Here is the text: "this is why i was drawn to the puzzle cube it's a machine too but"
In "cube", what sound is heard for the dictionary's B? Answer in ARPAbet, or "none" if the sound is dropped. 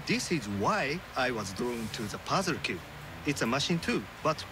none